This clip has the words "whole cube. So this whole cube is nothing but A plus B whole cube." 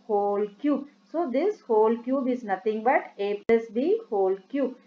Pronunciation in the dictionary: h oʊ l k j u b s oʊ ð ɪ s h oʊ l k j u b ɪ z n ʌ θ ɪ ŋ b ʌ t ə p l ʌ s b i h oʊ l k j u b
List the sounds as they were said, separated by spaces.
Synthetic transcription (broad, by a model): h oʊ l k j u b s oʊ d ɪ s h oʊ l k j u b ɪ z n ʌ t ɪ ŋ b ʌ t ə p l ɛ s b i h oʊ l k j u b